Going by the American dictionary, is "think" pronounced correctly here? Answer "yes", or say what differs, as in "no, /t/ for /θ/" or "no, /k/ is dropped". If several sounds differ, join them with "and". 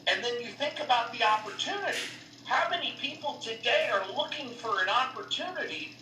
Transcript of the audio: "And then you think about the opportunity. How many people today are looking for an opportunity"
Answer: yes